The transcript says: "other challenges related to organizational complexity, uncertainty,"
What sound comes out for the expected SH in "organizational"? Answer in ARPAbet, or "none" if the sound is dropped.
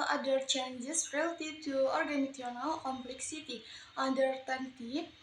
none